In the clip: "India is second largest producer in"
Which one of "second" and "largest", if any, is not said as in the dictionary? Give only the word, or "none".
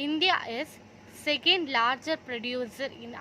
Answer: largest